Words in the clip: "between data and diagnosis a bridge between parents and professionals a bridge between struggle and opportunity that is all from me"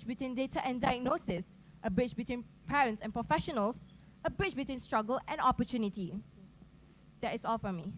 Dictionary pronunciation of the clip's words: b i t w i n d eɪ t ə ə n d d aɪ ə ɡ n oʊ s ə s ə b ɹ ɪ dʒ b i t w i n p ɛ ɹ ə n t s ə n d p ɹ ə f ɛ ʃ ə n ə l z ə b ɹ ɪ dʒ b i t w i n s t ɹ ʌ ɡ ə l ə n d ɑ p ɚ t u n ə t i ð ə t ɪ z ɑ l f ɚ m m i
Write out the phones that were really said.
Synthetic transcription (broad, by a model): b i t w i n d eɪ t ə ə n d d aɪ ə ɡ n oʊ s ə s ə b ɹ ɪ tʃ b i t w i n p ɛ ɹ ə n t s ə n p ɹ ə f ɛ ʃ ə n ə l s ə b ɹ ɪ tʃ b i t w i n s t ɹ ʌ ɡ ə l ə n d ɑ p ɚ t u n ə t i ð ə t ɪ s ɑ l f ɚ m m i